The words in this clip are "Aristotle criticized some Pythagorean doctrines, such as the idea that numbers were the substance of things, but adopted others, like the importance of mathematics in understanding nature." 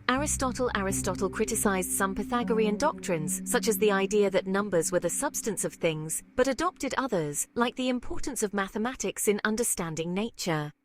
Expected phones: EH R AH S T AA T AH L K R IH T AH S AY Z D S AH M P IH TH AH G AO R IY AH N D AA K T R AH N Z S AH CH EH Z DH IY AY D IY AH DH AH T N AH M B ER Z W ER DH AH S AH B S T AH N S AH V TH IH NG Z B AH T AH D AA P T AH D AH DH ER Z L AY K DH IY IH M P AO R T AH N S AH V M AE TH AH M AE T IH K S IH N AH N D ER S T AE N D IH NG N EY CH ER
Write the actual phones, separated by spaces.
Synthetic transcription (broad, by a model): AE R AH S T AA T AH L K R IH T AH S AY Z D S AH M P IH TH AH G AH R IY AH N D AA K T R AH N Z S AH CH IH Z DH IY AY D IY AH DH AH T N AH M B ER Z W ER DH AH S AH B S T AH N S AH V TH IH NG Z B AH T AH D AA P T AH D AH DH ER Z L AY K DH IY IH M P AO R T N S AH V M AE TH AH M AE T IH K S IH N AH N D ER S T AE N D IH NG N EY CH ER